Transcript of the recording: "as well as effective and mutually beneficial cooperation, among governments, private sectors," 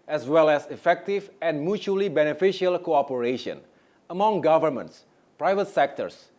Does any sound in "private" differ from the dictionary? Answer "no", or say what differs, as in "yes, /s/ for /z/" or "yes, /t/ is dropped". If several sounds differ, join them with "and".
no